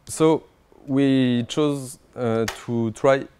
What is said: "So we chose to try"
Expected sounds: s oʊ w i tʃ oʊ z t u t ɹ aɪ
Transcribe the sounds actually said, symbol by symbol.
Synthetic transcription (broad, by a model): s oʊ w i tʃ oʊ z t u t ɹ aɪ